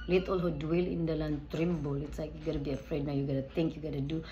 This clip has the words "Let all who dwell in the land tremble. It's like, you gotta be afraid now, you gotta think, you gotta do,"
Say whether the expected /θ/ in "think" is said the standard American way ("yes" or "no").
no